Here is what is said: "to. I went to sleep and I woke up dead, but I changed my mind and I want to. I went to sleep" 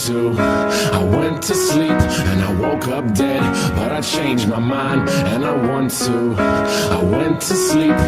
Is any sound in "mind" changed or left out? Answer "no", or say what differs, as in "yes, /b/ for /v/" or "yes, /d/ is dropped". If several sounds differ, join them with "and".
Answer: no